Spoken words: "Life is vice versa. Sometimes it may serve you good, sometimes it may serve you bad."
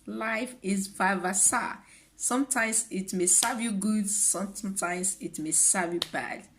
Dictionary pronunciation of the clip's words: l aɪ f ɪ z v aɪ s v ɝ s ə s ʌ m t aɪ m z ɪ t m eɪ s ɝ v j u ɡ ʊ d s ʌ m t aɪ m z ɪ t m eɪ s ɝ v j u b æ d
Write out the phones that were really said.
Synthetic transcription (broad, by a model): l aɪ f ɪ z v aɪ v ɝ s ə s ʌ m t aɪ m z ɪ t m eɪ s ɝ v j u ɡ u d s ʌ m t aɪ m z ɪ t m eɪ s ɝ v j u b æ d